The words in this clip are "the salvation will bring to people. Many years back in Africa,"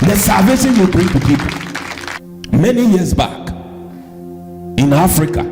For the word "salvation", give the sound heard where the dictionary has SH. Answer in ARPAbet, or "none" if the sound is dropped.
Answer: S